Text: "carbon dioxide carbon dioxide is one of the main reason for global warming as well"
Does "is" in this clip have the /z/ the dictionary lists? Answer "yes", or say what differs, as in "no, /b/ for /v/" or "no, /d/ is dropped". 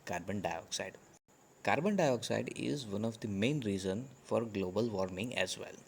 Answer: yes